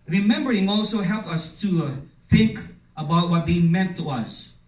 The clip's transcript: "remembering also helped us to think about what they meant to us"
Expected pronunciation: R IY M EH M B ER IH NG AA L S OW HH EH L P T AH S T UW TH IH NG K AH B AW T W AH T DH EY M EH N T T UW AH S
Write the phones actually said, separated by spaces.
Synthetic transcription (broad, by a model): R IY M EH M B ER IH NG AA L S OW HH EH L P AH S T UW TH IH NG K AH B AW T W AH T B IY M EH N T T UW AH S